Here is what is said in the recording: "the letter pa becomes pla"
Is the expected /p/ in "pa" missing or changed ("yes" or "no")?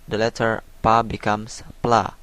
no